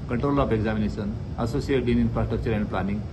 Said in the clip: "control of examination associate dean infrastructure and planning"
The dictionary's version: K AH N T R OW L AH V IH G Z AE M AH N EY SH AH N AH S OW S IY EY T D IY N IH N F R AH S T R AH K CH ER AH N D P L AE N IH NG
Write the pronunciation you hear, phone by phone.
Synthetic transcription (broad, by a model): K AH N T R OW L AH P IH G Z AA M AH N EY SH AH N AH S OW S IY EY T D IY N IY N P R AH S T AH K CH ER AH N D P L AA N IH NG